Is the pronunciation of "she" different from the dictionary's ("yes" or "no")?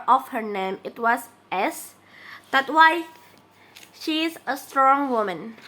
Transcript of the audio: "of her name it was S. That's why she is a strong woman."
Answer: no